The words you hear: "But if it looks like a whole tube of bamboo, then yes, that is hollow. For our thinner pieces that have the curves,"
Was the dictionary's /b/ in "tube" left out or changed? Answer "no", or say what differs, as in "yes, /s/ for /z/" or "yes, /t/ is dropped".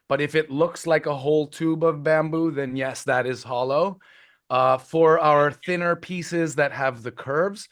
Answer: no